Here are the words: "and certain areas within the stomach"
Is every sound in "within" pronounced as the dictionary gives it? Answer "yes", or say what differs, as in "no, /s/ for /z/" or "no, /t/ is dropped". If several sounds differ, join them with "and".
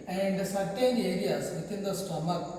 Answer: no, /t/ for /θ/